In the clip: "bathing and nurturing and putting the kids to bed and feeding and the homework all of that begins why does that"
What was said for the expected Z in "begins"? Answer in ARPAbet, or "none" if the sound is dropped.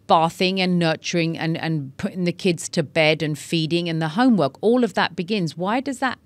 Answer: Z